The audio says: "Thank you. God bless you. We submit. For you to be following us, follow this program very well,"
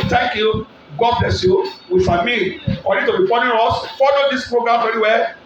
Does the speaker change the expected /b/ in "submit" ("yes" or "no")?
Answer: yes